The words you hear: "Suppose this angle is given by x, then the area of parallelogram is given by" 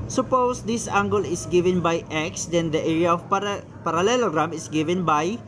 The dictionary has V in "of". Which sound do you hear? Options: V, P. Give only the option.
P